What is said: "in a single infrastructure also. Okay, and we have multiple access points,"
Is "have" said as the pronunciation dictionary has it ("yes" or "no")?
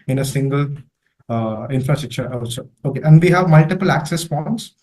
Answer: yes